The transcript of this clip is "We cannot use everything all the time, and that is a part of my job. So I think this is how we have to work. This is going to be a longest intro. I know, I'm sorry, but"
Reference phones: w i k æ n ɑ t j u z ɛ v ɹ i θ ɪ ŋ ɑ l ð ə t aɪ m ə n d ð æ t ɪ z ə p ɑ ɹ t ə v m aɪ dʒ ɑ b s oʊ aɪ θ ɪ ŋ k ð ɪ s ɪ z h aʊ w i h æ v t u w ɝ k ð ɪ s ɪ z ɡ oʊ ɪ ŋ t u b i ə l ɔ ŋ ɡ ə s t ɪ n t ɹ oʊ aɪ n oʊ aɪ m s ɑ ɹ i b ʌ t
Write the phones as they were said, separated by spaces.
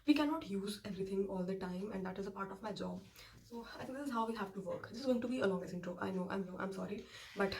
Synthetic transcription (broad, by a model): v i k æ n ɑ t j u z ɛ v ɹ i t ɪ ŋ ɑ l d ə t aɪ m ə n d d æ t ɪ z ə p ɑ ɹ t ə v m aɪ dʒ ɑ b s oʊ aɪ t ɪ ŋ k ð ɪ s ɪ z h aʊ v i h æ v t u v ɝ k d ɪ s ɪ z ɡ oʊ ɪ ŋ t u b i ə l ɔ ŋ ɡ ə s ɪ n t ɹ oʊ aɪ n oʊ aɪ m s ɑ ɹ i b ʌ t